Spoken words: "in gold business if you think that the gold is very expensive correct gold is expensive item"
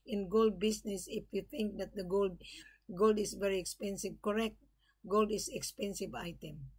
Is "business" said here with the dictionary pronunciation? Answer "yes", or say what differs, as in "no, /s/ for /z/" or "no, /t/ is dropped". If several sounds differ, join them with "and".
no, /s/ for /z/